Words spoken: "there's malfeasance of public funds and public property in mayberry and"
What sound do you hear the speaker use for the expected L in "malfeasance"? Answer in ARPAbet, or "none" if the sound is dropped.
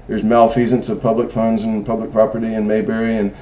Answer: L